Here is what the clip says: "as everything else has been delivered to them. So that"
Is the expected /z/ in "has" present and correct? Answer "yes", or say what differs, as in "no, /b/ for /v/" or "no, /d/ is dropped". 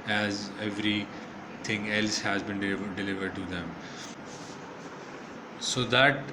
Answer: yes